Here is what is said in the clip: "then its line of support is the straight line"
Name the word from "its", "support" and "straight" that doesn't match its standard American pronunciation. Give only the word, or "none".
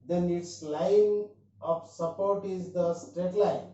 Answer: none